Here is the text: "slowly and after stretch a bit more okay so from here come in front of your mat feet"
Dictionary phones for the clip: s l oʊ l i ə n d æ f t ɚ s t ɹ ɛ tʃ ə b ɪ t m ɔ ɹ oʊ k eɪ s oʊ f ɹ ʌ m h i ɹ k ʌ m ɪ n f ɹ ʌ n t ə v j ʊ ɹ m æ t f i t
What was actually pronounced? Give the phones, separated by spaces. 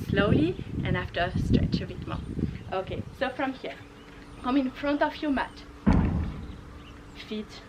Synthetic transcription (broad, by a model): s l oʊ l i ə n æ f t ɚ s t ɹ ɛ tʃ ə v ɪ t m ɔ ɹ oʊ k eɪ s oʊ f ɹ ʌ m h i ɹ k ʌ m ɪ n f ɹ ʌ n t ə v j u m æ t f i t